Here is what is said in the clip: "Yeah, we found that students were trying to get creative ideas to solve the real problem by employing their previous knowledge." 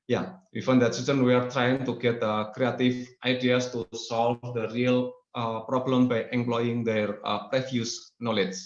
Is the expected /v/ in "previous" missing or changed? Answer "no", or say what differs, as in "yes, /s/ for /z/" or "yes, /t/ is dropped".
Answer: yes, /f/ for /v/